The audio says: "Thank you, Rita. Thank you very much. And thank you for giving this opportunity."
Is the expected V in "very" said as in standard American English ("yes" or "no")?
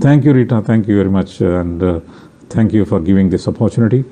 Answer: yes